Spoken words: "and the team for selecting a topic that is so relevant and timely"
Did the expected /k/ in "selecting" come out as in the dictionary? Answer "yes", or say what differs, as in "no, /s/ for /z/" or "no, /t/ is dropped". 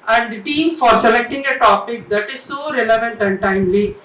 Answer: yes